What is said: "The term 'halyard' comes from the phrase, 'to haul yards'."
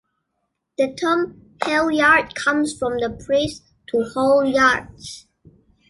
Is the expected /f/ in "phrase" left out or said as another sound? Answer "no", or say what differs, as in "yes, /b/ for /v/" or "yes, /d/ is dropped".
yes, /p/ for /f/